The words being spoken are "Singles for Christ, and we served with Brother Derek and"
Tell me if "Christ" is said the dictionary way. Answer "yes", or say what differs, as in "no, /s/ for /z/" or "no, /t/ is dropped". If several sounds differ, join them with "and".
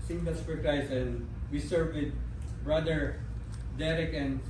no, /t/ is dropped